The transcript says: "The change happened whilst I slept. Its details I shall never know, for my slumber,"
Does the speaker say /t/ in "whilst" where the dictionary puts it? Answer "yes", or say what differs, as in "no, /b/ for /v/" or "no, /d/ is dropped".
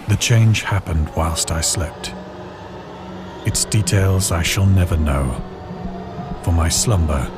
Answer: yes